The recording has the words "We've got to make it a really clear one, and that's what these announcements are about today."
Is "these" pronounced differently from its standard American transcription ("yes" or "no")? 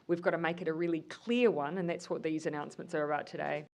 no